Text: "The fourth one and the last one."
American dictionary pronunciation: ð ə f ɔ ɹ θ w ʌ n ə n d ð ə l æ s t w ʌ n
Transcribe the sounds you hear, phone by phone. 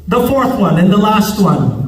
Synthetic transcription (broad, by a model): ð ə f ɔ ɹ θ w ʌ n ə n ð ə l æ s t w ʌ n